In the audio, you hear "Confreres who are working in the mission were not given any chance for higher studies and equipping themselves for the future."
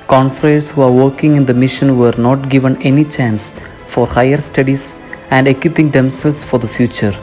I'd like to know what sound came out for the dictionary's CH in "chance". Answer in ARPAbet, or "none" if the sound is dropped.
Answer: CH